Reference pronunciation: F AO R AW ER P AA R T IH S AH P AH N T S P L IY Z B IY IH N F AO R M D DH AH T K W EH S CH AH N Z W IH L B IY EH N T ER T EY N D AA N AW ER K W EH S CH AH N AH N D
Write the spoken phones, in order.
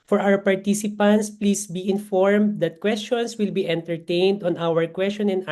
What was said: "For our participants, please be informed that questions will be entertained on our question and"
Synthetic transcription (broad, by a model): F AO R AW ER P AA R T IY S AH P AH N T S P L IY S B IY IH N F AO R M D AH T K W EH S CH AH N S W IH L B IY EH N T ER T EY N D AA N AW ER K W EH S CH AH N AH N